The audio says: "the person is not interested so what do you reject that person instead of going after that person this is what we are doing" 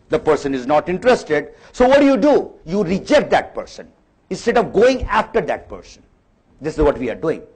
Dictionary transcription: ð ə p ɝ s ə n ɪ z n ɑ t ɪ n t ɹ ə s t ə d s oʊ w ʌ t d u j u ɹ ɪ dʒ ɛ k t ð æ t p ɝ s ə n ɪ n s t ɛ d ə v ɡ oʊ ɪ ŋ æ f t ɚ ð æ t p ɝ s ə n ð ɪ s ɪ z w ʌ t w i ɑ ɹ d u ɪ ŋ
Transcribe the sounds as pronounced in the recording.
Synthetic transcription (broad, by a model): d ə p ɝ s ə n ɪ z n ɑ t ɪ n t ɹ ə s t ə d s oʊ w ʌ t d u j u ɹ ɪ dʒ ɛ k t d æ t p ɝ s ə n ɪ n s t ɛ d ə v ɡ oʊ ɪ ŋ æ f t ɚ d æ t p ɝ s ə n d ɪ s ɪ z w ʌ t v i ɑ ɹ d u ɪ ŋ